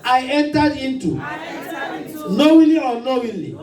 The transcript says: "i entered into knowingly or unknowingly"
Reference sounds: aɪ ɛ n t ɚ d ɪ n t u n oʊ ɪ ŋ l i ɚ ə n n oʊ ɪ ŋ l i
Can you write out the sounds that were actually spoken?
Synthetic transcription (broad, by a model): aɪ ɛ n t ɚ d ɪ n t u n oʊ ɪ l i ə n n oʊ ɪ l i